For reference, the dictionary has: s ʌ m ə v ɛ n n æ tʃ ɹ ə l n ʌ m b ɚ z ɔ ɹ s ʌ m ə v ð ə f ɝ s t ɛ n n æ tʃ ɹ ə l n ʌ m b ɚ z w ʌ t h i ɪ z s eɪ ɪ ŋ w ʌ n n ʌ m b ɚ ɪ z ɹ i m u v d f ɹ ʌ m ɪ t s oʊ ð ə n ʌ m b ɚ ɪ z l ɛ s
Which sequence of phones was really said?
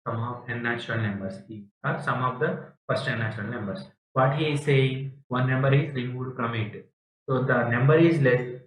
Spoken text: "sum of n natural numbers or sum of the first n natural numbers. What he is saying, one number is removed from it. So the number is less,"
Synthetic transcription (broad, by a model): s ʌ m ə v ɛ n n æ tʃ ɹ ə l n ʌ m b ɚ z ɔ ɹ s ʌ m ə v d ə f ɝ s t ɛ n n æ tʃ ɹ ə l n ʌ m b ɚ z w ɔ t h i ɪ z s eɪ ɪ ŋ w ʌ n n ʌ m b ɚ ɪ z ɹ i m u d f ɹ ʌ m ɪ t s oʊ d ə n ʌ m b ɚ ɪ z l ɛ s